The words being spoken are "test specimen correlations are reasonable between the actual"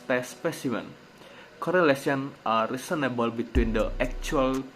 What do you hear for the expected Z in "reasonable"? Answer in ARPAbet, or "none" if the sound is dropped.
S